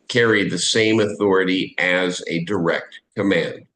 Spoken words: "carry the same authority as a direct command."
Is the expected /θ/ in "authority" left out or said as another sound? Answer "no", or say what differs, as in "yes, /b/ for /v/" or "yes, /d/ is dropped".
no